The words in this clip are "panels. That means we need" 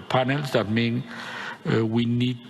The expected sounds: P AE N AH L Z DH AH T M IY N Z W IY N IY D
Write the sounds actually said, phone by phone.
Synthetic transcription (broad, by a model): P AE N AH L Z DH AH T M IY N W IY N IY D